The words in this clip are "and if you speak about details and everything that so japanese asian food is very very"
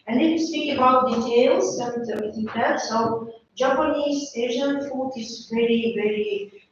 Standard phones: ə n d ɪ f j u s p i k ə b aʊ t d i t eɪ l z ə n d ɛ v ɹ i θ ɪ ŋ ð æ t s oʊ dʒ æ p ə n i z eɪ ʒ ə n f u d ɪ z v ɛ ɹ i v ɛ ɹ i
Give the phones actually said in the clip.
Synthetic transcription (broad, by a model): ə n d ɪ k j s p i k ə b aʊ t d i t eɪ l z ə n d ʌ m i t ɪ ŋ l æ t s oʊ dʒ æ p ə n i z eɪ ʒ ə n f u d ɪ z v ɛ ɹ i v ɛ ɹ i